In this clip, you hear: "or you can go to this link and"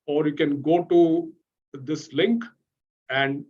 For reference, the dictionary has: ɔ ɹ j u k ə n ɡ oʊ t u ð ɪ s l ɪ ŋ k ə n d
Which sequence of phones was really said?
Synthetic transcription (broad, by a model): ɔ ɹ j u k ə n ɡ oʊ t u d ɪ s l ɪ ŋ k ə n d